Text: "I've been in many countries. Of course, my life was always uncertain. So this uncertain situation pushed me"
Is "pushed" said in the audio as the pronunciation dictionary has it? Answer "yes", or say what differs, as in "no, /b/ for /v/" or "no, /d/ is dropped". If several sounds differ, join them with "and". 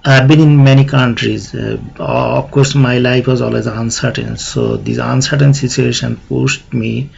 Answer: no, /s/ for /ʃ/